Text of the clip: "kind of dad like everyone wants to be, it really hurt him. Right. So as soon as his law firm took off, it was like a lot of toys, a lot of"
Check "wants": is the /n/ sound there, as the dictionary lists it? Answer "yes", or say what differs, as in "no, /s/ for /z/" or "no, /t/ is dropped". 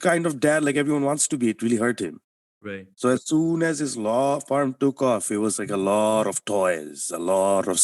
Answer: yes